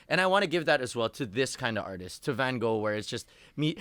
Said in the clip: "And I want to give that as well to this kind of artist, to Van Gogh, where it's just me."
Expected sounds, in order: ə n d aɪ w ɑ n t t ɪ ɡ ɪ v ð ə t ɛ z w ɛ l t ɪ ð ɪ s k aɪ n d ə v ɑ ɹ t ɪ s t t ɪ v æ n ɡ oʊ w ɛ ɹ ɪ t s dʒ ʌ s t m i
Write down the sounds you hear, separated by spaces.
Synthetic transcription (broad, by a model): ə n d aɪ w ɑ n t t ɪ ɡ ɪ v ð ə t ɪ z w ɛ l t ɪ ð ɪ s k aɪ n d ə v ɑ ɹ t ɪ s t t ɪ v æ n ɡ oʊ w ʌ ɹ ɪ t s dʒ ʌ s t m i